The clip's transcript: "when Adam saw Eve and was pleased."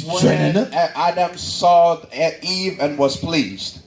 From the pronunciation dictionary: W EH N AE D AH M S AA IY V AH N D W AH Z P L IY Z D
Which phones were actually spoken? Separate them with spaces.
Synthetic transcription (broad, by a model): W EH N AE D AH M S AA IY V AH N W AH Z P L IY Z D